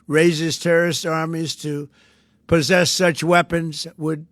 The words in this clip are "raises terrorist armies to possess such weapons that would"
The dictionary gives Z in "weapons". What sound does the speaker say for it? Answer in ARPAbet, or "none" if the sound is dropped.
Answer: Z